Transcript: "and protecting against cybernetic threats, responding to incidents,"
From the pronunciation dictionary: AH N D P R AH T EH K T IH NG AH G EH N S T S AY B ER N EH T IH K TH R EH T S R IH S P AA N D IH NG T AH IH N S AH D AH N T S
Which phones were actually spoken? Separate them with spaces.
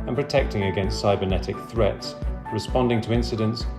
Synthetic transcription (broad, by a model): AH N P R AH T EH K T IH NG AH G EH N S T S AY B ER N EH T IH K TH R EH T S R IH S P AA N D IH NG T AH IH N S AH D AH N T S